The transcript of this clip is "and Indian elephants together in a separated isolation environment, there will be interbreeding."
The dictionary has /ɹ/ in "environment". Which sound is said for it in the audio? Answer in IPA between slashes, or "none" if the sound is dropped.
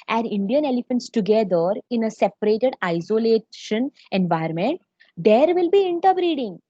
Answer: none